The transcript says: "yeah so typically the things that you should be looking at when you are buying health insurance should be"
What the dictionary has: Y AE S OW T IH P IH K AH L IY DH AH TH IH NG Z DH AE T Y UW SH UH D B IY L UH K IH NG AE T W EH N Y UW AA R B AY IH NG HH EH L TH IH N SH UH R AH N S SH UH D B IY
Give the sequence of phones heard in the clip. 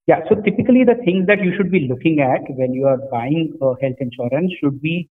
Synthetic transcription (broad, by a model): Y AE S OW T IH P IH K AH L IY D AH T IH NG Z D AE T Y UW SH UH D B IY L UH K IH NG AE T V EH L Y UW AA R B AY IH NG HH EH L T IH N SH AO R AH N S SH UH D B IY